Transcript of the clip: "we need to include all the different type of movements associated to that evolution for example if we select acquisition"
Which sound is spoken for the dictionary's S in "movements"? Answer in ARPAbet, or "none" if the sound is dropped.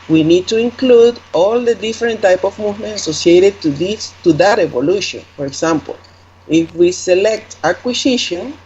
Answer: none